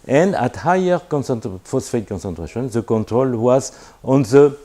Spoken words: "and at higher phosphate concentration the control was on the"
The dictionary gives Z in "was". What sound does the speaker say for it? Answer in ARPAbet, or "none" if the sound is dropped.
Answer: Z